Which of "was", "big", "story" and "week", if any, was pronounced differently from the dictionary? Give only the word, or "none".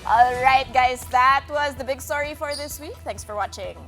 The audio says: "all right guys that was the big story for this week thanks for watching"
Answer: none